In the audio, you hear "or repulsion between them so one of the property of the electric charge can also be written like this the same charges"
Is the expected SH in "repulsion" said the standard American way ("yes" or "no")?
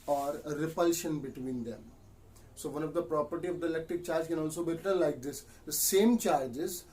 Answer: yes